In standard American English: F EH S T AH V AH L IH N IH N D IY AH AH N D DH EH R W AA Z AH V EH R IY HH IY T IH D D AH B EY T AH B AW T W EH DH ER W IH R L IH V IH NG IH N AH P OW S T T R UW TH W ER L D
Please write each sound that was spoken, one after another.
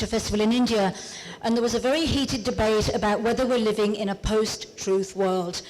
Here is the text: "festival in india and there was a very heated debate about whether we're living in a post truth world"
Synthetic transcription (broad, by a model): F EH S T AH V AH L IH N IH N D IY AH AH N DH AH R W AA Z AH V EH R IY HH IY T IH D D AH B EY T AH B AW T W EH DH ER W IH R L IH V IH NG IH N AH P OW S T T R UW TH W ER L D